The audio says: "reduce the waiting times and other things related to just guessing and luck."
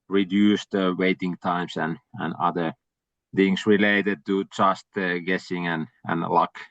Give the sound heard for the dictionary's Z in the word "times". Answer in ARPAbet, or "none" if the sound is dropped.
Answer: S